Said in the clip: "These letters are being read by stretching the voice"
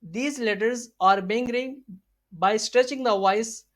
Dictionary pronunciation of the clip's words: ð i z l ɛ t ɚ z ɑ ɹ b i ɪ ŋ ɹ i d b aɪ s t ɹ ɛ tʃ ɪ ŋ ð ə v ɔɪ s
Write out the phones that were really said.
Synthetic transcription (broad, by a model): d i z l ɛ t ɚ z ɑ ɹ b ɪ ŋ ɹ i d b aɪ s t ɹ ɛ tʃ ɪ ŋ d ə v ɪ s